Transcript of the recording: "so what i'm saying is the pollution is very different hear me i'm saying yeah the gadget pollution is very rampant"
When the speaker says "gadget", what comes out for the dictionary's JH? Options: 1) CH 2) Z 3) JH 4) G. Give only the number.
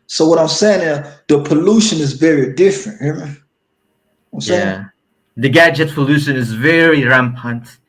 3